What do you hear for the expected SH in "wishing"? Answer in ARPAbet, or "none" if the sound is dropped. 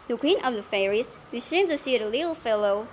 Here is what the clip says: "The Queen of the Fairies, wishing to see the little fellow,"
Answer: S